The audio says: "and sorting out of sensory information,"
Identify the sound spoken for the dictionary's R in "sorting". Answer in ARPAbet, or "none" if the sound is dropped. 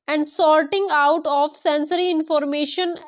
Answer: L